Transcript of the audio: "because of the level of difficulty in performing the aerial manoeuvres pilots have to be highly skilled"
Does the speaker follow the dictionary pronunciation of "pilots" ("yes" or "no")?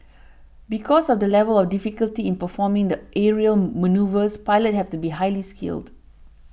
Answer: no